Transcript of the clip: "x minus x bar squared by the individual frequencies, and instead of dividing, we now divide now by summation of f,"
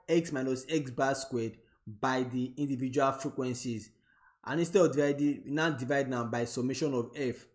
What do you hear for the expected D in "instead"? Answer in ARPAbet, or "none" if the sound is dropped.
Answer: none